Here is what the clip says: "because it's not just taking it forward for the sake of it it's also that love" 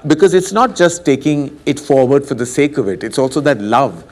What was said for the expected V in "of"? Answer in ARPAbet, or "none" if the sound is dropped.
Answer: V